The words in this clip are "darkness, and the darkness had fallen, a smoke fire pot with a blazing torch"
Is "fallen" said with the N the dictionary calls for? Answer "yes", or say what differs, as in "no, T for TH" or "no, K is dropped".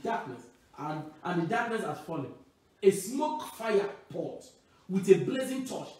no, N is dropped